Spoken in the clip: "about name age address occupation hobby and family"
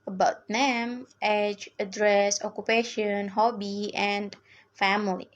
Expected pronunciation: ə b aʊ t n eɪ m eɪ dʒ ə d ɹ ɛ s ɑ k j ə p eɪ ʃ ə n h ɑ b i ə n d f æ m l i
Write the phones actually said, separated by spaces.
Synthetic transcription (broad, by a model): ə b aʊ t n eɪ m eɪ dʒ ə d ɹ ɛ s ɑ k j ə p eɪ ʃ ə n h ɑ b i ə n d f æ m l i